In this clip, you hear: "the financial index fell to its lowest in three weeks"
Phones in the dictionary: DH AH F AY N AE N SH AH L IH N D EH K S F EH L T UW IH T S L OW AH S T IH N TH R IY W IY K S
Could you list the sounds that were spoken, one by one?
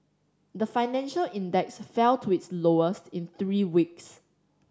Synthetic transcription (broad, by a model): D AH F AY N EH N SH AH L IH N D EH K S F EH L T UW IH T S L OW AH S T IH N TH R IY W IY K S